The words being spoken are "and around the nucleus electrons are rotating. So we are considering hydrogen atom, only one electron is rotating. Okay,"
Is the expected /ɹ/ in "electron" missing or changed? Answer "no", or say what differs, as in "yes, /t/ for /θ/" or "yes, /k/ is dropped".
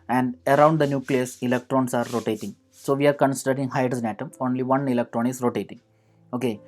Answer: no